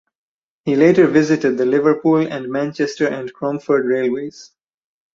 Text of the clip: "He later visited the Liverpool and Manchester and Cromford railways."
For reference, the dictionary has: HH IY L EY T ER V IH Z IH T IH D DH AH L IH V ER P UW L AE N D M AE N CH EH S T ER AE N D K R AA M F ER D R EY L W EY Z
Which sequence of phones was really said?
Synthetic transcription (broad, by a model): HH IY L EY T ER V IH Z IH T IH D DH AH L IH V ER P UW L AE N D M AE N CH EH S T ER AE N D K R AA M F ER D R EY L W EY Z